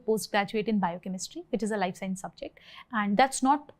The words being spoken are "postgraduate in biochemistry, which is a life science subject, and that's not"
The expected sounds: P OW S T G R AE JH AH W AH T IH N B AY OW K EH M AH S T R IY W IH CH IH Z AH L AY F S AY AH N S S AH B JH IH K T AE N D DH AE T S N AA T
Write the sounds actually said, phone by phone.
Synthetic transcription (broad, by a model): P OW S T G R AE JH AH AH T IH N B AY OW K EH M AH S T R IY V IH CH IH Z AH L AY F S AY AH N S S AH B JH IH K T AE N D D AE T S N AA T